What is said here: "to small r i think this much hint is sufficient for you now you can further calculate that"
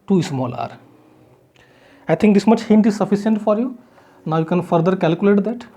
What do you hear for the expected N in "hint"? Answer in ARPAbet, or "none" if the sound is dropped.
N